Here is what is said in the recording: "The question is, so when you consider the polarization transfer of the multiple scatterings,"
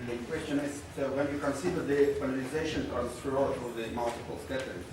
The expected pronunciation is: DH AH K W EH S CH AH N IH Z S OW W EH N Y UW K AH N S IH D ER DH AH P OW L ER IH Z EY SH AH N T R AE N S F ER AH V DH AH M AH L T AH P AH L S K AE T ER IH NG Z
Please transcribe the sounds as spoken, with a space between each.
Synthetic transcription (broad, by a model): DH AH K W EH S CH AH N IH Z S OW W EH N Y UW K AH N S IH D ER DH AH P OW N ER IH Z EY SH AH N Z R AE S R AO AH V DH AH M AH L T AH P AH L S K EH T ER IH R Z